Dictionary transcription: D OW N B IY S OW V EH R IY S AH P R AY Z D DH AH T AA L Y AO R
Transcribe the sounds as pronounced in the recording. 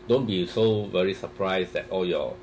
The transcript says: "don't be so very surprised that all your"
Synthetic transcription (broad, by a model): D OW N B IY S OW V EH R IY S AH P R AY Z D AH T AA L Y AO